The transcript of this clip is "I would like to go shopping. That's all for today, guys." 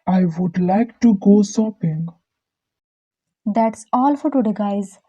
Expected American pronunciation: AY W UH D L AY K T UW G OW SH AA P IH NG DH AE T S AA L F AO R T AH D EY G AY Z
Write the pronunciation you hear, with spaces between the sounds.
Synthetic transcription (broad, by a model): AY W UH D L AY K T UW G OW S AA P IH NG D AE T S AA L F AO R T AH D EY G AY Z